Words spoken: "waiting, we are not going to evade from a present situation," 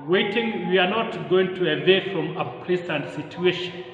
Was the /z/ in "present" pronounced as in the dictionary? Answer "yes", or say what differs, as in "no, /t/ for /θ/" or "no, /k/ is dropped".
no, /s/ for /z/